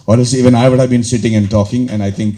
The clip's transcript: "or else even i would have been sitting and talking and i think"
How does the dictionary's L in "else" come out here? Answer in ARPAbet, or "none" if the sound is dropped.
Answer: none